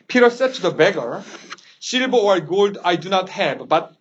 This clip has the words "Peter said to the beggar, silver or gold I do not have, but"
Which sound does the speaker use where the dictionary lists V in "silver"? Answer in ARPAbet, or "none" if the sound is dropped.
B